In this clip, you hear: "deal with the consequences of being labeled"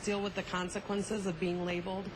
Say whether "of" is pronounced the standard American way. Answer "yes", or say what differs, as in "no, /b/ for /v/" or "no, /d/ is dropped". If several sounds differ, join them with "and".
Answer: yes